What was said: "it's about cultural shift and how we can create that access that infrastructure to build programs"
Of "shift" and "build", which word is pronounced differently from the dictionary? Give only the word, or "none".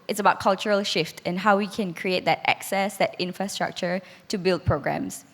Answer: none